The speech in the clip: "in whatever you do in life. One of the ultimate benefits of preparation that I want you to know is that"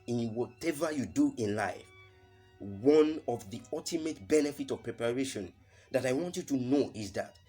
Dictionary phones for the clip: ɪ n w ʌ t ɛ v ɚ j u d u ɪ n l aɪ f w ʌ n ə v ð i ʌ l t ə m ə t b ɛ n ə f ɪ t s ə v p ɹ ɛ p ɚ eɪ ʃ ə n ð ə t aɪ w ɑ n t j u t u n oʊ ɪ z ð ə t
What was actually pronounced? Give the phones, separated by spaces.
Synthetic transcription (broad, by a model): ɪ n w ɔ t ɛ v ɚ j u d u ɪ n l aɪ f w ʌ n ə v ð i ʌ l t ə m ə t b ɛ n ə f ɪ t ə v p ɹ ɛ p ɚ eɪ ʃ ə n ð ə t aɪ w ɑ n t j u t u n oʊ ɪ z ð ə t